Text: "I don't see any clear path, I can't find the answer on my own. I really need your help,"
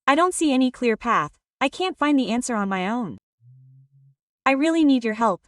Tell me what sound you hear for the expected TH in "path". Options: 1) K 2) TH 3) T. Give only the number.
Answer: 2